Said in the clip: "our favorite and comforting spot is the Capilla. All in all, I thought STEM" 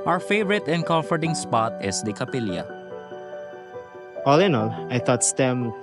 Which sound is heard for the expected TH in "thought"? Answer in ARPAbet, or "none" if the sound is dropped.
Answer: T